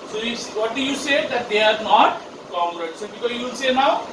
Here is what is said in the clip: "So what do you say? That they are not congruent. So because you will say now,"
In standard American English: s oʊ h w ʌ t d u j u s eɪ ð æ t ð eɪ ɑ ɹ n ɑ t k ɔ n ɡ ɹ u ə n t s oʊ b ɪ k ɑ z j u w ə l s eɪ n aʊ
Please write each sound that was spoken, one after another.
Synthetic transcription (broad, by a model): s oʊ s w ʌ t d u j u s eɪ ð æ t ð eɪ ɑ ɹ n ɑ t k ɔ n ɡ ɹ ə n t s oʊ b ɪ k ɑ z j u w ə n s eɪ n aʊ